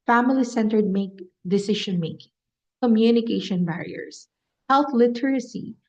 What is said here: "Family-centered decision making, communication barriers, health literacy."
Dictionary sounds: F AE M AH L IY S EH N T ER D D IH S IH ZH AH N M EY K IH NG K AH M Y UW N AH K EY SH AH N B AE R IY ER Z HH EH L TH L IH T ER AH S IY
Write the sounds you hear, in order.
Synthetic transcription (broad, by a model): F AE M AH L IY S EH N T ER D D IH S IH SH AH N M EY K IH NG K AH M Y UW N AH K EY SH AH N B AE R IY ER S HH EH L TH L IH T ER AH S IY